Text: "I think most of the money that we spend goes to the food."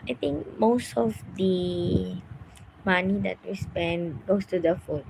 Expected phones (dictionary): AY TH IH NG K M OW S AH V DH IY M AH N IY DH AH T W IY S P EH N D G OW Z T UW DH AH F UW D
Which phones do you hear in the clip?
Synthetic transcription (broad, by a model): AY T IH NG K M OW S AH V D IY M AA N IY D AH T W IY S P EH N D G OW S T UW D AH F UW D